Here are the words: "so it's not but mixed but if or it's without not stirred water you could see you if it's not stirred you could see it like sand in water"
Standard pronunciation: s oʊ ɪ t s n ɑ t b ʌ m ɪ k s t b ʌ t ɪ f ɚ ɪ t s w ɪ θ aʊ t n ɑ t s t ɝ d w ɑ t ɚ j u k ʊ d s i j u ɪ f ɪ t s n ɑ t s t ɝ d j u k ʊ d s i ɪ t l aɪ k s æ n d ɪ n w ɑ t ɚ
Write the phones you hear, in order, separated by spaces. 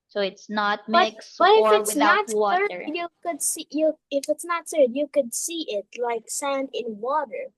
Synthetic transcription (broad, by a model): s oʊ ɪ t s n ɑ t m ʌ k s b ʌ t ɪ f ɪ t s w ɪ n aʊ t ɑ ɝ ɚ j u k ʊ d s i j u ɪ f ɪ t s n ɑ t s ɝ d j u k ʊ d s i ɪ t l aɪ k s æ n d ɪ n w ɑ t ɚ